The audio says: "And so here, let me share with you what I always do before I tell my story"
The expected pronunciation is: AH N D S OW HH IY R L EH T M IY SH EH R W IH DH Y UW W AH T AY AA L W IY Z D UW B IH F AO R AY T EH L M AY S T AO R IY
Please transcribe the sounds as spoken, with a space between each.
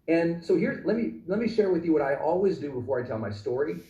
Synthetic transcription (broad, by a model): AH N S OW HH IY R L EH T M IY SH EH R W IH DH Y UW W AH T AY AA L W IY Z D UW B IH F AO R AY T EH L M AY S T AO R IY